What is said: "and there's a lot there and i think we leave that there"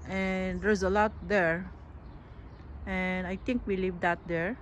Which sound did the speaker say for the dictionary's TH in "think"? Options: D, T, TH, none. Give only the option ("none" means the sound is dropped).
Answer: T